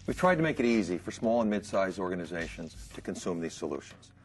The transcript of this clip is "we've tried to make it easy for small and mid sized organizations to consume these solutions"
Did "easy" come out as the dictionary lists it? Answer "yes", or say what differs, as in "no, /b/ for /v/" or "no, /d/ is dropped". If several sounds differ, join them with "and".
yes